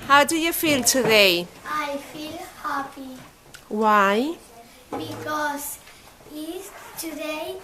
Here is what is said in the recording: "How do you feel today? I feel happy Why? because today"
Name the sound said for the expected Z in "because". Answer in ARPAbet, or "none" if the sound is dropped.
S